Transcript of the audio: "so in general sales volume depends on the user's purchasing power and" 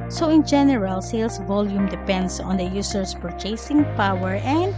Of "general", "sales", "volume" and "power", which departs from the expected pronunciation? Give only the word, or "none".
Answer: sales